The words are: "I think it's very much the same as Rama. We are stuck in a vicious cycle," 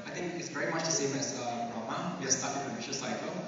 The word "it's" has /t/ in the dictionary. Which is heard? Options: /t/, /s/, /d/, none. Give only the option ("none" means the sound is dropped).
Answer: /t/